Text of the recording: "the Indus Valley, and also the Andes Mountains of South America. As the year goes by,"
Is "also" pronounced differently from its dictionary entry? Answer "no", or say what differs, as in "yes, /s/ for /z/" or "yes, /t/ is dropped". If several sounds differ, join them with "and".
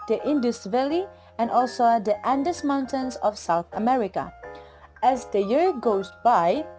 no